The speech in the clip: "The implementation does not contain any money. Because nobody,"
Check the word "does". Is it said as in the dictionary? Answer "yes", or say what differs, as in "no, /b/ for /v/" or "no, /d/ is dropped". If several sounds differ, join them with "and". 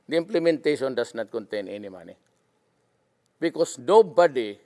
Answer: no, /s/ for /z/